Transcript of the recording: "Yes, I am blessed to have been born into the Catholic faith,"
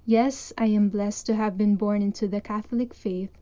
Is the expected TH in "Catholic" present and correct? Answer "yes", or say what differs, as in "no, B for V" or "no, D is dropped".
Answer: yes